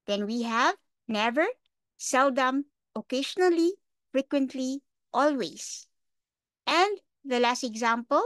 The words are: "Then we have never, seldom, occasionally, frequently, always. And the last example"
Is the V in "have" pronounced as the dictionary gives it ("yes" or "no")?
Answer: yes